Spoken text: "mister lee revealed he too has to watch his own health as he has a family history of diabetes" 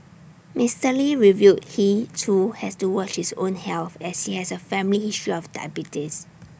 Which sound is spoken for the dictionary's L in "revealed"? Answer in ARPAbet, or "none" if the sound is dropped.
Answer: none